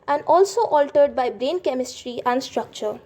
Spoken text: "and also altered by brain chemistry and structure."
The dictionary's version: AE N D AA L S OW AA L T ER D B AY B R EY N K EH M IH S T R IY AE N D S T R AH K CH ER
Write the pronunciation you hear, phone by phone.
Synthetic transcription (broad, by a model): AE N D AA L S OW AA L T ER D B AY B R EY N K EH M IH S T R IY AE N D S T R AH K CH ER